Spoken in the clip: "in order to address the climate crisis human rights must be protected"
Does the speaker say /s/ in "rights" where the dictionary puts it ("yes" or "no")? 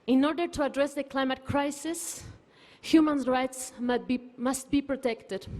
yes